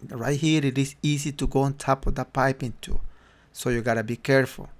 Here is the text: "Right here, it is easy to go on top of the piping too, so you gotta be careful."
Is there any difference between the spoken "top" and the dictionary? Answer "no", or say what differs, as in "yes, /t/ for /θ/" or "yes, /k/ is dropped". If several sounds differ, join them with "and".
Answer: no